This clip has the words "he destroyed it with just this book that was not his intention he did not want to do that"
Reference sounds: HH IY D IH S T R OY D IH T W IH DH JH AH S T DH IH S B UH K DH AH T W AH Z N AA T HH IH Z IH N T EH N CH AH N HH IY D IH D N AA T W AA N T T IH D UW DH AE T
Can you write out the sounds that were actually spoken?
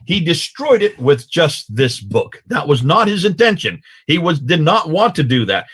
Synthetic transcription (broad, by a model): HH IY D IH S T R OY D IH T W IH DH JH AH S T DH IH S B UH K DH AH T W AH Z N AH T HH IH Z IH N T EH N SH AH N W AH D IH D N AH T W AA N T T IH D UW DH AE T